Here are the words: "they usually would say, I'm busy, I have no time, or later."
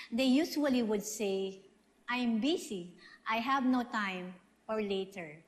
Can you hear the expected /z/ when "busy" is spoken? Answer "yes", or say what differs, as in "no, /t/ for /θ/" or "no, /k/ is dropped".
no, /s/ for /z/